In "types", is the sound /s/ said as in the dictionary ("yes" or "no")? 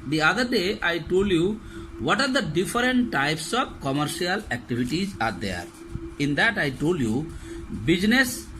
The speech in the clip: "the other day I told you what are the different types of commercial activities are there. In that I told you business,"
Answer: yes